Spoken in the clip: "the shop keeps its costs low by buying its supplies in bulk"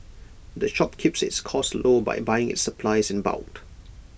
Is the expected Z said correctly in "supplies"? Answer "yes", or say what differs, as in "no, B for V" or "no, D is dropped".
yes